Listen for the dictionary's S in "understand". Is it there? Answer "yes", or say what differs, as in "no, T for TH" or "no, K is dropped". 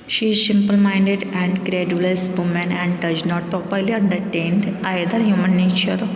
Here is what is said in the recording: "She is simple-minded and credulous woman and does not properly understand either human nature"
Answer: no, S is dropped